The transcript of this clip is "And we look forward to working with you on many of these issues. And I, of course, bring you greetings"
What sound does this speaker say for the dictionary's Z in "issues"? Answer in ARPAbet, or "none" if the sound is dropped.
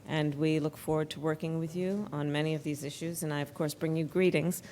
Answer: Z